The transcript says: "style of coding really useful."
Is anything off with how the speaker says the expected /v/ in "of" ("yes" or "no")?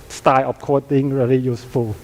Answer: yes